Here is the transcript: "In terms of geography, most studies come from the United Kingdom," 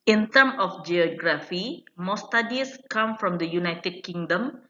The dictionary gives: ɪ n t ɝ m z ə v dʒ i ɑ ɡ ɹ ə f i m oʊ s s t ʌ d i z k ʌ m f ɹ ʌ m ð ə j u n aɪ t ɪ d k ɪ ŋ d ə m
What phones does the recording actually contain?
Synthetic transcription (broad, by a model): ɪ n t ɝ m ə f dʒ i ɑ ɡ ɹ ə f i m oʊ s s t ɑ d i s k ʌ m f ɹ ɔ m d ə j u n aɪ t ɪ d k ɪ ŋ d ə m